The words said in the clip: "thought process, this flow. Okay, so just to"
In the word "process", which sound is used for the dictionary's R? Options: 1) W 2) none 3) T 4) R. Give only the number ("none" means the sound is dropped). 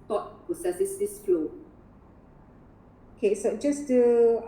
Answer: 2